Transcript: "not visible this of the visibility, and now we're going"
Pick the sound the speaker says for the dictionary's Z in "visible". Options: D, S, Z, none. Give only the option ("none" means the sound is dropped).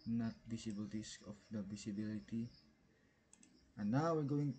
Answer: S